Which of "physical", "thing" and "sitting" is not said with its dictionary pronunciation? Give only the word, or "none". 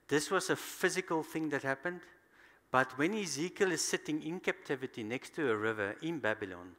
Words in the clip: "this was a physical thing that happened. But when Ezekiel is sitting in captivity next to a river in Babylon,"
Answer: none